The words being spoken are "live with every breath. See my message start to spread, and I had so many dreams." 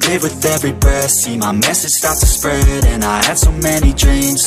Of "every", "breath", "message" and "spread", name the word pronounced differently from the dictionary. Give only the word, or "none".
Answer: breath